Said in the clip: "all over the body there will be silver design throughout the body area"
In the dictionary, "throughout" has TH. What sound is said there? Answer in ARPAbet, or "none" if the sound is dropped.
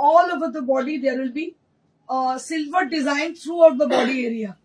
T